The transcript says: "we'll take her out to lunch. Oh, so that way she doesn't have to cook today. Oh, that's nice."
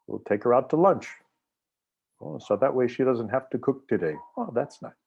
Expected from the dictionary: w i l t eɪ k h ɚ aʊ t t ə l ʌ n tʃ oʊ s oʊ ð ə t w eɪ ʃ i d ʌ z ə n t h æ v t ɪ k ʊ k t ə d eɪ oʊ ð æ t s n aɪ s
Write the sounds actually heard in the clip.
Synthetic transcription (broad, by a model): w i l t eɪ k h ɚ aʊ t t ə l ʌ n tʃ oʊ s oʊ ð ə t w eɪ ʃ i d ʌ z ə n t h æ f t ɪ k ʊ k t ə d eɪ oʊ ð æ t s n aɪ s